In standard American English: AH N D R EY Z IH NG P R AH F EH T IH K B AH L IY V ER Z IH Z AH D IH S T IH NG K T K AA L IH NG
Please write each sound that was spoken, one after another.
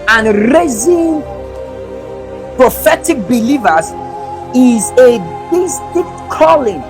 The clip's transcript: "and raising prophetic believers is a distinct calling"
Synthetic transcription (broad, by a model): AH N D R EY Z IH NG P R AH F EH T IH K B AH L IY V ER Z IH Z AH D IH S T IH K T K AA L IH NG